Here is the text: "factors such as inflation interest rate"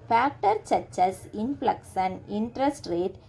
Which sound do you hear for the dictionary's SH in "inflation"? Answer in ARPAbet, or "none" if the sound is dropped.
S